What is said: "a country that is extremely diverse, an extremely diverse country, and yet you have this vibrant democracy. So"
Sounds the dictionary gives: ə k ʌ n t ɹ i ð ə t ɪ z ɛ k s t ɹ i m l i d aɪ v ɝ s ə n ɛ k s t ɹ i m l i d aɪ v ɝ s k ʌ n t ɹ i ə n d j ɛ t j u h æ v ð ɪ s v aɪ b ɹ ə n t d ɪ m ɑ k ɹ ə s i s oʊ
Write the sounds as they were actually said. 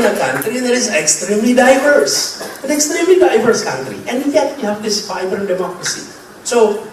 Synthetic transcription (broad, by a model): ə k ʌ n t ɹ i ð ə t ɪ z ɛ k s t ɹ i m l i d aɪ v ɝ s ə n ɛ k s t ɹ i m l i d aɪ v ɝ s k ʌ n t ɹ i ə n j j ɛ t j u h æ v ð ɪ s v aɪ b ə t d ɪ m ɑ k ɹ ə s i s oʊ